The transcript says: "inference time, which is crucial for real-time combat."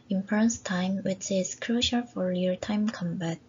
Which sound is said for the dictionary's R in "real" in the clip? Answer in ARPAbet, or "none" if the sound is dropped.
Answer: L